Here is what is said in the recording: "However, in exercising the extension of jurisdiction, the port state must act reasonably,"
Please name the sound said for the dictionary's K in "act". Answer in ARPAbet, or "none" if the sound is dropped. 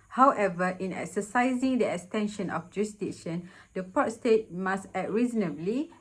none